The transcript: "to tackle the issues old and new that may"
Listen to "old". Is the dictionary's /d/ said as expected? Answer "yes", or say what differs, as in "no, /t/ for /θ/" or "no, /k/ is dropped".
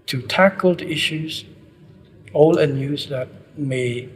no, /d/ is dropped